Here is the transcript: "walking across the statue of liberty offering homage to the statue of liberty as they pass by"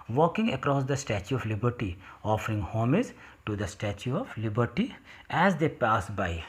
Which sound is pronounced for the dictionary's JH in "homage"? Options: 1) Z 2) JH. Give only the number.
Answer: 1